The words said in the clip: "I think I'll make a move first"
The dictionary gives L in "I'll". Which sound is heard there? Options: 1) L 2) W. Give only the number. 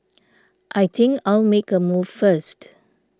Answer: 1